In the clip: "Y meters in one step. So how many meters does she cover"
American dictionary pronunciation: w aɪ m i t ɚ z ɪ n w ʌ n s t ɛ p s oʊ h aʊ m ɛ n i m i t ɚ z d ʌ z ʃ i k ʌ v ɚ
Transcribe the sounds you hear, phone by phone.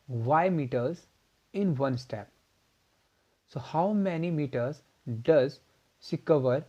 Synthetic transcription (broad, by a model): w aɪ m i t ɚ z ɪ n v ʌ n s t ɛ p s oʊ h aʊ m ɛ n i m i t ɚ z d ʌ z s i k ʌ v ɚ